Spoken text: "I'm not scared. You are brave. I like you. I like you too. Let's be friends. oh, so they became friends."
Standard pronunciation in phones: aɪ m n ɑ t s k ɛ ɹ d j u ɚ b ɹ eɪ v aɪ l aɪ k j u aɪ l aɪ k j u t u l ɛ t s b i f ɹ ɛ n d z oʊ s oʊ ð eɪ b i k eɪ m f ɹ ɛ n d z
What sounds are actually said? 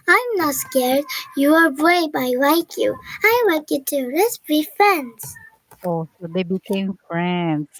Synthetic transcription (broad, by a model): aɪ m n ɑ t s k ɛ ɹ d j u ɚ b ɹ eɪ b aɪ l aɪ k j u aɪ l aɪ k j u t u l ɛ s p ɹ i f ɹ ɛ n d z oʊ s oʊ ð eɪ b i k eɪ m f ɹ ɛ n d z